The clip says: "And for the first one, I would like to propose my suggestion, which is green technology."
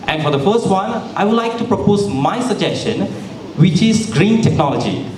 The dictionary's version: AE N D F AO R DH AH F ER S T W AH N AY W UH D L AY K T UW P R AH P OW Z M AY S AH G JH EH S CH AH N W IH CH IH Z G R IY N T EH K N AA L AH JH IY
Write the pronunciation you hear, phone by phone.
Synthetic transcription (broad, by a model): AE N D F AO R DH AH F ER S T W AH N AY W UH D L AY K T UW P R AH P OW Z M AY S AH G JH EH S CH AH N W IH CH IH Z G R IY N T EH K N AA L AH JH IY